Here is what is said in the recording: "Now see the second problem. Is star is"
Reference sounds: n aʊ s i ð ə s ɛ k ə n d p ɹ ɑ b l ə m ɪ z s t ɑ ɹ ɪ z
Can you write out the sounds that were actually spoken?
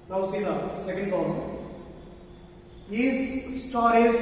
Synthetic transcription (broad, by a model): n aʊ s i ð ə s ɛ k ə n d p ɑ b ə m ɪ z s t ɑ ɹ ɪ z